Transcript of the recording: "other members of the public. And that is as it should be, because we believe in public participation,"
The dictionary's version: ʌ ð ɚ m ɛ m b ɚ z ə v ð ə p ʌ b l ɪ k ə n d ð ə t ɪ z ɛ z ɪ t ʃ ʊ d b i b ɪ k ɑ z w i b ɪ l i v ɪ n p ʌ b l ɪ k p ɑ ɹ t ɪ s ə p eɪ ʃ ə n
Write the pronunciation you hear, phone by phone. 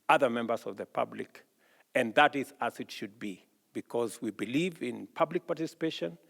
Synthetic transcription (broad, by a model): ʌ ð ɚ m ɛ m b ɚ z ə v ð ə p ʌ b l ɪ k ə n ð ə t ɪ z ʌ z ɪ t ʃ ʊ d b i b ɪ k ɑ z w i b ɪ l i v ɪ n p ʌ b l ɪ k p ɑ ɹ t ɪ s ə p eɪ ʃ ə n